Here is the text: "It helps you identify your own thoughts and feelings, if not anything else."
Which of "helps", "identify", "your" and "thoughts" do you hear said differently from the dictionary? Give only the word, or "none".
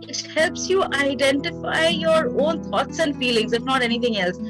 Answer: thoughts